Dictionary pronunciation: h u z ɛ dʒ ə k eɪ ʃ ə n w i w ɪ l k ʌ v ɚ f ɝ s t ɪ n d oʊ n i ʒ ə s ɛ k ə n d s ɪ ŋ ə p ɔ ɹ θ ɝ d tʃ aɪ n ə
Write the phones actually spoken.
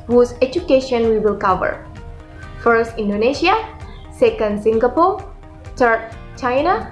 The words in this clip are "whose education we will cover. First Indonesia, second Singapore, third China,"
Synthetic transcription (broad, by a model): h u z ɛ dʒ ə k eɪ ʃ ə n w i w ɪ l k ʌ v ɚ f ɝ s t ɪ n d oʊ n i ʃ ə s ɛ k ə n d s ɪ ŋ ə p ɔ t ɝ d tʃ aɪ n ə